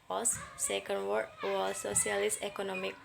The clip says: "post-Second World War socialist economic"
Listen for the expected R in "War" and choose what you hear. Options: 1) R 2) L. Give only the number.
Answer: 2